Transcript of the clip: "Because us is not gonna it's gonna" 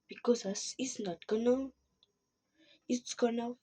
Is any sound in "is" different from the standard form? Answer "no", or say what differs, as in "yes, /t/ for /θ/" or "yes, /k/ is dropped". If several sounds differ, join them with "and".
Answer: yes, /s/ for /z/